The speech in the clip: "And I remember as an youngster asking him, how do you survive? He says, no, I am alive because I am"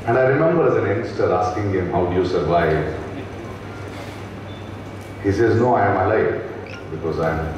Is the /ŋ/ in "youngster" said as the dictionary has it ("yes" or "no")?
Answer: no